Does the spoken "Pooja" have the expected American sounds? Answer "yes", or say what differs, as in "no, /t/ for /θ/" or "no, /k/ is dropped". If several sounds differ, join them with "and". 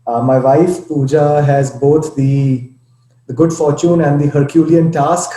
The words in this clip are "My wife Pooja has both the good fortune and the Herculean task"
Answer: yes